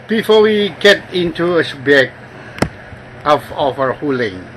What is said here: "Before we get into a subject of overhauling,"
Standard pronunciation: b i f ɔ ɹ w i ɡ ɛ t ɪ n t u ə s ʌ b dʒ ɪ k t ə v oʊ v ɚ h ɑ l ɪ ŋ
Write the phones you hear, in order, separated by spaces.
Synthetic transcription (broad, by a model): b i f ɔ w i ɡ ɛ t ɪ n t u ə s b ɪ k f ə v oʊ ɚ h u l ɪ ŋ